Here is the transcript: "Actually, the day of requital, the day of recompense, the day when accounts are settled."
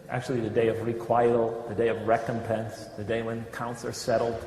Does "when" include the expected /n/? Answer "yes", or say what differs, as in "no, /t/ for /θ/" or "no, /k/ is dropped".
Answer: yes